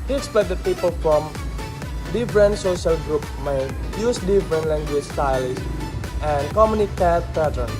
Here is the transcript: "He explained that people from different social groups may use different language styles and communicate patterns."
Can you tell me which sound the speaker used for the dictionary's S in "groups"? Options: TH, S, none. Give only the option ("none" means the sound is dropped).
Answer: none